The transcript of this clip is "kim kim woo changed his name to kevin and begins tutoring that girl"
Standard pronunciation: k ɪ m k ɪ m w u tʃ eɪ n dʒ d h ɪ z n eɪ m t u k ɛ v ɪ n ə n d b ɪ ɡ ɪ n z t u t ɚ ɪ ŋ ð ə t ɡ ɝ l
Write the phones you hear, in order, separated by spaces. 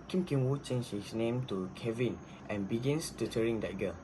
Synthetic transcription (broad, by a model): k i m k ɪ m w u tʃ eɪ n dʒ h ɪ s n eɪ m t u k ɛ v ɪ n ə n b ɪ ɡ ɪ n s t u t ɚ ɪ ŋ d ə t ɡ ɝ l